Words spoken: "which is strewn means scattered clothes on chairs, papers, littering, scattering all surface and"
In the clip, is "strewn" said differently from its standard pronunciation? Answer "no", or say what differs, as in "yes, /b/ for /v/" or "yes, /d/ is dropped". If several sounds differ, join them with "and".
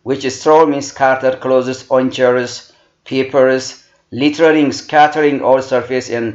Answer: yes, /l/ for /n/